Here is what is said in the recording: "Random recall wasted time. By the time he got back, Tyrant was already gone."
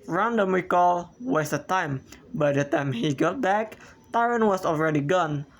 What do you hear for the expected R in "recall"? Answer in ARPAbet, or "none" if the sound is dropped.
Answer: W